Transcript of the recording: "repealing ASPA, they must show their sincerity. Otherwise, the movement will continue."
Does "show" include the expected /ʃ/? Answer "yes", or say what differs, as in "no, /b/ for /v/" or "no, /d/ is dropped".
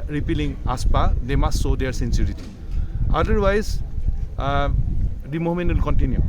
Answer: no, /s/ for /ʃ/